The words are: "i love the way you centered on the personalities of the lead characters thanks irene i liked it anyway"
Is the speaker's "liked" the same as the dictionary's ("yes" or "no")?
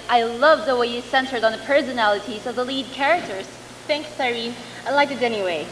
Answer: no